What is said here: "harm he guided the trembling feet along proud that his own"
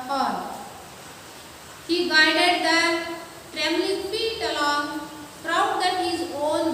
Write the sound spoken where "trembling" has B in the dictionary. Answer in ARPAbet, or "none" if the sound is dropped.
none